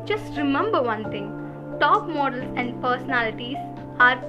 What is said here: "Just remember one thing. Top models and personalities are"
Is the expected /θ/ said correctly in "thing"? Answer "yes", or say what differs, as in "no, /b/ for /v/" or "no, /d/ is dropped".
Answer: no, /t/ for /θ/